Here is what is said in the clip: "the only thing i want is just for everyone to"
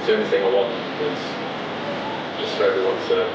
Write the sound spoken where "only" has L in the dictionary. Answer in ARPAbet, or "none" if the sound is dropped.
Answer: none